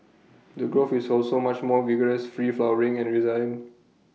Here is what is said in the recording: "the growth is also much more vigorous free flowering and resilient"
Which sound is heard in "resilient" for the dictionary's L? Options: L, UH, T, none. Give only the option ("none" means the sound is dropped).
none